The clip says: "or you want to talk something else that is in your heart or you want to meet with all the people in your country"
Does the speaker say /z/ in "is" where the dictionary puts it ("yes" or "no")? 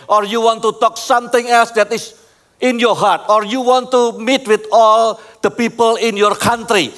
no